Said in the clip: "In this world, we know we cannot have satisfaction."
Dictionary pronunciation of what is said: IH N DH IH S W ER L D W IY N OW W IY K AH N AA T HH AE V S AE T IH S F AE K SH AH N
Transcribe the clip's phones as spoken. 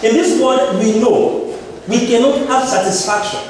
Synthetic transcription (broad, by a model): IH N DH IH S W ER D W IY N OW W IY K AH N AA T HH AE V S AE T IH S F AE K SH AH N